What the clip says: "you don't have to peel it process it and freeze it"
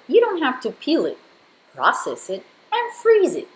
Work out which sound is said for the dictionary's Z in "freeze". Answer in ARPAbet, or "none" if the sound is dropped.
Z